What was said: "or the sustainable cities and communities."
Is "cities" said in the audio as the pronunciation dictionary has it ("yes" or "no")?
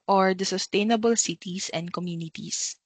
no